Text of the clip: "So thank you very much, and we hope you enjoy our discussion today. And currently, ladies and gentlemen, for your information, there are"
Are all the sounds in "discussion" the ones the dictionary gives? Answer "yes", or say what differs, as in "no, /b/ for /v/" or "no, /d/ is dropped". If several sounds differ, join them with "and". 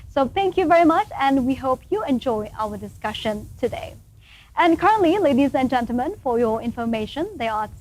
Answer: yes